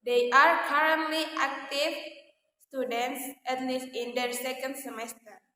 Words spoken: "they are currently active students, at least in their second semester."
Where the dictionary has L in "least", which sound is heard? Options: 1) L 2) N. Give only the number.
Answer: 1